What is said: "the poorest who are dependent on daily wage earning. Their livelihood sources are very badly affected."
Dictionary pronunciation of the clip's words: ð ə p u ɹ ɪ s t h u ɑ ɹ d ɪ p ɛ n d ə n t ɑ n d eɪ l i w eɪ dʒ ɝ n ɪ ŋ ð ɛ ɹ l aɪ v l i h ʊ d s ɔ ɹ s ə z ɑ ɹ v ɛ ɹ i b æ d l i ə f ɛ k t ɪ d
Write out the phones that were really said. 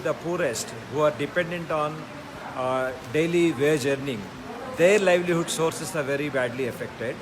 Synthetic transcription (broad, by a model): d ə p u ɹ ɪ s t h u ɑ ɹ d ɪ p ɛ n d ə n t ɑ n d eɪ l i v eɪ dʒ ɝ n ɪ ŋ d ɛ ɹ l aɪ v l i h ʊ d s ɔ ɹ s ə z ɑ ɹ v ɛ ɹ i b æ d l i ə f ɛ k t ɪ d